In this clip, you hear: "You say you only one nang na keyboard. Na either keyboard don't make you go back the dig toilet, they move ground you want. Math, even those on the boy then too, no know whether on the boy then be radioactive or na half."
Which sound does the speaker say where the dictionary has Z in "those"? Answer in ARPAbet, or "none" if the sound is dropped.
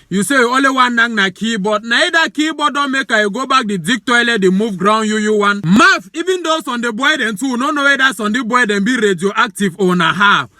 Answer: S